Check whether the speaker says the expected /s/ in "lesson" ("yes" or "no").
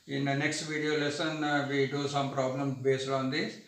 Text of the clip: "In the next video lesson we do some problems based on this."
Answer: yes